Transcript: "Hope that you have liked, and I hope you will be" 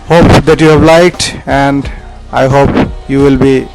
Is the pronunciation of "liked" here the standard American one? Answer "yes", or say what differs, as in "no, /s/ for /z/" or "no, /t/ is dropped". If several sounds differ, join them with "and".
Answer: yes